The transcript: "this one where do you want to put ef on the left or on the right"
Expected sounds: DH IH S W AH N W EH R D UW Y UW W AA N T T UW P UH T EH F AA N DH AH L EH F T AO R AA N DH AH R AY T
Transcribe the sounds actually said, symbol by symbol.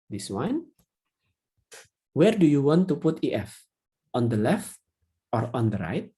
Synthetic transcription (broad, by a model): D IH S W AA N W EH R D UW Y UW W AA N T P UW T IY T EH F AA N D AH L EH F T AO R AA N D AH R AY T